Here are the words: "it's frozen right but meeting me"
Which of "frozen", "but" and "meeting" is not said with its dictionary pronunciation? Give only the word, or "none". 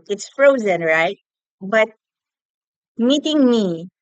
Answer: none